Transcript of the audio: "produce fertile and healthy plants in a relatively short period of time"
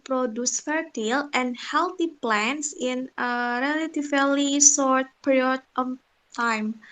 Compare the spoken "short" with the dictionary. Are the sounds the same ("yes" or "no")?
no